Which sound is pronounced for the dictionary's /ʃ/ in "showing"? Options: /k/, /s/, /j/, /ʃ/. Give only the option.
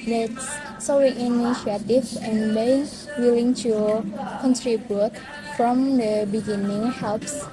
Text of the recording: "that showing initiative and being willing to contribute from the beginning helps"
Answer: /s/